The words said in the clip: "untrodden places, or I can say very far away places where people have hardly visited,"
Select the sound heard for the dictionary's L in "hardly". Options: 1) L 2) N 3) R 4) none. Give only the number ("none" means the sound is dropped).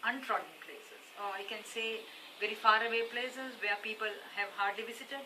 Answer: 1